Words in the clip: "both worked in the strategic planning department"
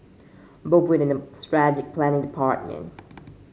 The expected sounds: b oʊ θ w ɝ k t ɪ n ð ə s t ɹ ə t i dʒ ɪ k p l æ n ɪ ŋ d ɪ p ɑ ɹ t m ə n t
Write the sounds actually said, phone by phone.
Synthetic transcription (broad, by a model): b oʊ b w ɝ t ɪ n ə s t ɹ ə dʒ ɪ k p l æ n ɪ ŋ d ɪ p ɑ ɹ t m ə n t